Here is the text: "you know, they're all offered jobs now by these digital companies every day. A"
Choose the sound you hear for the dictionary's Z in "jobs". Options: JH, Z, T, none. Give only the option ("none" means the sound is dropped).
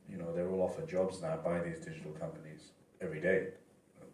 Z